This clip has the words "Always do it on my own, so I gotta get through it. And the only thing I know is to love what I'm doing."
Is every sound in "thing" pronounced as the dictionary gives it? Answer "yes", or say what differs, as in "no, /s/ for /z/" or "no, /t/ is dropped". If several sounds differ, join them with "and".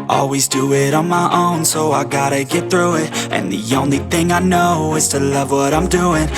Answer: yes